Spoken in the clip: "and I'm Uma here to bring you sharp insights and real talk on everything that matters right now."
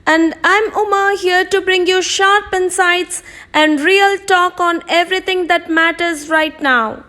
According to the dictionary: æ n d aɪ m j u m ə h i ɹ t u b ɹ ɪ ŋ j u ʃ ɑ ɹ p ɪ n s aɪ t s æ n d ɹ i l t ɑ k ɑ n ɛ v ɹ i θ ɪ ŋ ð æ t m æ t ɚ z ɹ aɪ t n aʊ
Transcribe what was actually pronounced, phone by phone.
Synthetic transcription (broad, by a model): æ n d aɪ m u m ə h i ɹ t u b ɹ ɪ ŋ j u ʃ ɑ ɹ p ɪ n s aɪ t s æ n d ɹ i l t ɑ k ɑ n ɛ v ɹ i t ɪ ŋ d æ t m æ t ɚ z ɹ aɪ t n aʊ